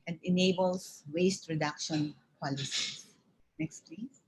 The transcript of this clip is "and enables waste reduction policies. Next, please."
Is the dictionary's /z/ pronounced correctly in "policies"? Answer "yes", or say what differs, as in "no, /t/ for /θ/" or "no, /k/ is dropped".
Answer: no, /z/ is dropped